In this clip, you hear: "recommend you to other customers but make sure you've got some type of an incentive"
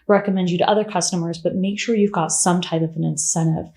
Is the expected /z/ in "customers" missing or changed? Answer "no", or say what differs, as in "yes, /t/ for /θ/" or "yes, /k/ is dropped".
no